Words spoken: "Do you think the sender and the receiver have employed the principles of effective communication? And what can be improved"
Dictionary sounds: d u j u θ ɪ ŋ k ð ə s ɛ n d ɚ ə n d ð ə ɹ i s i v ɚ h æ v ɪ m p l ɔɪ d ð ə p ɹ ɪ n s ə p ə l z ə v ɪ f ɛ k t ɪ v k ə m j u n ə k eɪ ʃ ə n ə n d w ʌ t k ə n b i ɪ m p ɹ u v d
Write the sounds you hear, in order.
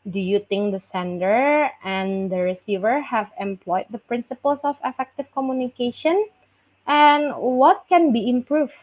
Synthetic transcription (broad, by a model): d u j u t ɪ ŋ k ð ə s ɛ n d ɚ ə n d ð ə ɹ i s i v ɚ h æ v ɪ m p l ɔɪ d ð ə p ɹ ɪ n s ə p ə l s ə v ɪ f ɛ k t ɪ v k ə m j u n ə k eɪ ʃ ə n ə n w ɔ t k ə n b i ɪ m p ɹ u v